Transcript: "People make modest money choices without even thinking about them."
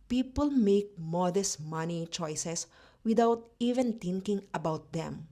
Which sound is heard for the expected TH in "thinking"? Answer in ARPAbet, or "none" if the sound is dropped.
T